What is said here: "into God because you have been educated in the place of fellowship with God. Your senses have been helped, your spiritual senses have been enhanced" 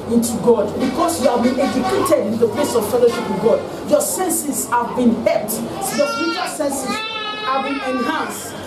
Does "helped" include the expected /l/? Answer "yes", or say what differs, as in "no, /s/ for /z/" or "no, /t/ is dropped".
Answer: no, /l/ is dropped